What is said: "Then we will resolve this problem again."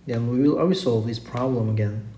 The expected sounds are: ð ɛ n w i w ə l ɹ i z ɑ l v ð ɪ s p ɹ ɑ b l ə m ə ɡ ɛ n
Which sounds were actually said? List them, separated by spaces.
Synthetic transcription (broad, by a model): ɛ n w i w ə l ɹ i s ɑ l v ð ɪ s p ɹ ɑ b l ə m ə ɡ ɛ n